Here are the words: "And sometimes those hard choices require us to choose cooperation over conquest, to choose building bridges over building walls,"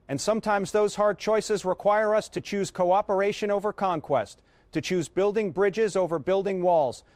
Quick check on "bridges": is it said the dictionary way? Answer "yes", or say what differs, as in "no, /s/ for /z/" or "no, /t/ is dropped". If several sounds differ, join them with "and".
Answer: yes